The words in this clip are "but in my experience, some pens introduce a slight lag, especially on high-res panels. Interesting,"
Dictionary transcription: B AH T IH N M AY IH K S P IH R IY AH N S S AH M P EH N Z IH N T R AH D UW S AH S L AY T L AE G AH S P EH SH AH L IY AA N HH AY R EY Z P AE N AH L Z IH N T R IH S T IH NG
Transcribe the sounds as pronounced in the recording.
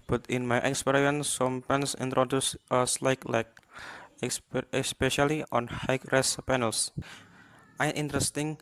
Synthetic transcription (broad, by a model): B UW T IH N M AY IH K S P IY R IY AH N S S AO M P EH N S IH N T R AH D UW S AH S L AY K L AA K AH S P EH SH AH L IY AA N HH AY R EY S P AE N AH L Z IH N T R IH S T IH NG